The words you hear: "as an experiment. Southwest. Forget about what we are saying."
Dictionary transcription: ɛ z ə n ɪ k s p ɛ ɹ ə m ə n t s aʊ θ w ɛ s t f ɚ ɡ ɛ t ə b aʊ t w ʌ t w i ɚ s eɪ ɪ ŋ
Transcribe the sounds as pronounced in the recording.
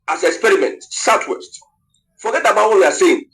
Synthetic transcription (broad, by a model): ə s ɪ k s p ɛ ɹ ə m ə n t s aʊ t w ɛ s t f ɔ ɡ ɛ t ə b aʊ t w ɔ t w i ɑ s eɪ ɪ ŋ